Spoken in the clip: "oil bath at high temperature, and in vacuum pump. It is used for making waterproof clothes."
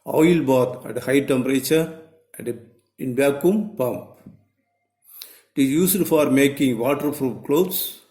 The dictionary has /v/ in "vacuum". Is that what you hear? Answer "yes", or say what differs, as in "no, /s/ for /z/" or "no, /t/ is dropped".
no, /b/ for /v/